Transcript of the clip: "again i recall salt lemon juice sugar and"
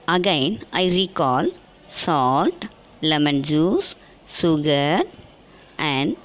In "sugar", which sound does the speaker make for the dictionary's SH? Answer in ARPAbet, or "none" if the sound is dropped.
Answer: S